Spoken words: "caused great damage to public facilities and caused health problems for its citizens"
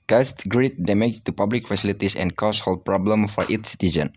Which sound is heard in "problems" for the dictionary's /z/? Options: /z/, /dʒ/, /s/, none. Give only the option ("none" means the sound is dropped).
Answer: none